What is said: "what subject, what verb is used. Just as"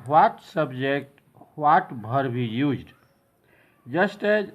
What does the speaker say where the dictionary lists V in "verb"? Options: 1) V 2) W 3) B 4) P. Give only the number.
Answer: 3